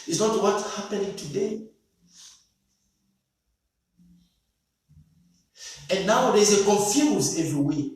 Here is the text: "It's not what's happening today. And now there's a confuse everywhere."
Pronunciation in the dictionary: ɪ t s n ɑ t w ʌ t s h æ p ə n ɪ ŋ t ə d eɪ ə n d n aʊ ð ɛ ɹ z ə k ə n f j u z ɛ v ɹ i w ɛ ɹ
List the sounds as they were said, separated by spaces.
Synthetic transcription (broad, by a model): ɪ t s n ɑ t w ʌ t h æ p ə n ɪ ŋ t ə d eɪ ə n n aʊ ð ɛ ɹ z ə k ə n f j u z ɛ v ɹ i w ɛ